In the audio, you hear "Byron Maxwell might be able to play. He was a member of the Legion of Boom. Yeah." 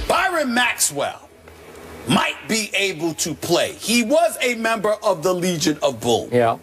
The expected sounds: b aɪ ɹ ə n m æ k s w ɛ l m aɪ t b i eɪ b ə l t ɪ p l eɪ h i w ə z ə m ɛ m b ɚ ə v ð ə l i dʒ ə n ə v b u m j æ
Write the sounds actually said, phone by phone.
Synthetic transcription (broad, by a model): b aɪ ɹ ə n m æ k s w ɛ l m aɪ t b i eɪ b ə l t ɪ p l eɪ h i w ə z ə m ɛ m b ɚ ə v ð ə l i dʒ ə n ə v b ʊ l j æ